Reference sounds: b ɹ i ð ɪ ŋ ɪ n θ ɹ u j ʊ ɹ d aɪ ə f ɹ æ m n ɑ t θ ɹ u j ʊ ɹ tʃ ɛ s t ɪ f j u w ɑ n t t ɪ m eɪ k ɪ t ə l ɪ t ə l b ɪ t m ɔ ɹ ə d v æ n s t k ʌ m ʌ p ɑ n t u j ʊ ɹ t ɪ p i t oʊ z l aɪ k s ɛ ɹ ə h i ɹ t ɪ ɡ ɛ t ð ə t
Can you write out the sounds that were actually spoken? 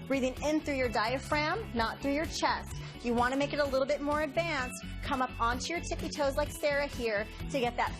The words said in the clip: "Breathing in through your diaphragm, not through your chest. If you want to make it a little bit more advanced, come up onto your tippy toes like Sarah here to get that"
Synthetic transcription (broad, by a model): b ɹ i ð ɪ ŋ ɪ n θ ɹ u j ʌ ɹ d aɪ ə f ɹ æ m n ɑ t θ ɹ u j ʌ ɹ tʃ ɛ s t j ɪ w ɑ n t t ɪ m eɪ k ɪ t ə l ɪ t l b ɪ t m ɔ ɹ ə d v æ n s t k ʌ m ʌ p ɑ n t u j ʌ ɹ t ɪ p i t oʊ z l aɪ k s ɛ ɹ ə h i ɹ t ɪ ɡ ɛ t ð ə t